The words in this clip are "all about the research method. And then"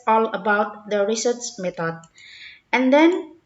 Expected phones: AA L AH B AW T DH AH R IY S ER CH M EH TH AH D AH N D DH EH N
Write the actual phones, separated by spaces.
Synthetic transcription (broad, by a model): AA L AH B AW T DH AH R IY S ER S M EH T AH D AH N D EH N